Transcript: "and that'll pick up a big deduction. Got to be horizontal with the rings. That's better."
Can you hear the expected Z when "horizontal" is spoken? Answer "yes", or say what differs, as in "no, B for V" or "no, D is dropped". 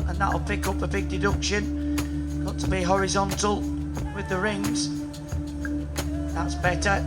yes